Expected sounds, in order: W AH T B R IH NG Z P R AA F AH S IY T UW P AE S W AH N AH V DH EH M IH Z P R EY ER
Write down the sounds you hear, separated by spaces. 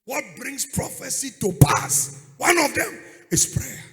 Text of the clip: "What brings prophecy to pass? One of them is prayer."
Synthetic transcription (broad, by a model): W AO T B R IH NG S P R AA F AH S IY T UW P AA S W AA N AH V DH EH M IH S P R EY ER